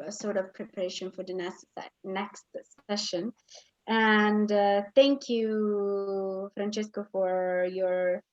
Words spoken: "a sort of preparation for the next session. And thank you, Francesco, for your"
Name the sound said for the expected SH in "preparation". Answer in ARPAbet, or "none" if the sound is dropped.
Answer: SH